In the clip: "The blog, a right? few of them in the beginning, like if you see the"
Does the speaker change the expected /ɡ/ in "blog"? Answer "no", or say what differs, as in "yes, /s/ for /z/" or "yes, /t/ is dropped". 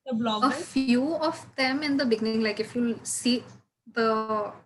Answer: yes, /ɡ/ is dropped